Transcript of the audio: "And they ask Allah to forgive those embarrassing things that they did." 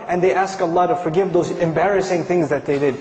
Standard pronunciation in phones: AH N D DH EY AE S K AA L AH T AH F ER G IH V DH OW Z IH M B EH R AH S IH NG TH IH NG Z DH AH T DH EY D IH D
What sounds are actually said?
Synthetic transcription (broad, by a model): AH N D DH EY AE S K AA L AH T AH F ER G IH V DH OW Z IH M B EH R AH S IH NG TH IH NG Z DH AH T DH EY D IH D